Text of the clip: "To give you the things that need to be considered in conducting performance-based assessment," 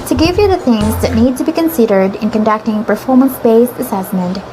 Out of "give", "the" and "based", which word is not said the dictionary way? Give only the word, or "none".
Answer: based